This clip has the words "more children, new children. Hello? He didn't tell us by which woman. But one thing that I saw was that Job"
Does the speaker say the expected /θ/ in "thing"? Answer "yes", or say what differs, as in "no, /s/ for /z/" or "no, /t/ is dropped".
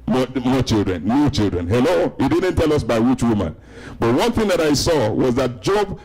yes